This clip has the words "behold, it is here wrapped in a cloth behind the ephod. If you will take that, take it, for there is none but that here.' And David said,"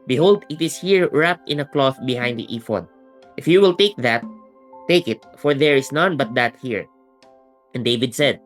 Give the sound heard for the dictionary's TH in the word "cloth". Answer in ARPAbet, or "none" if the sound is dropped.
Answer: TH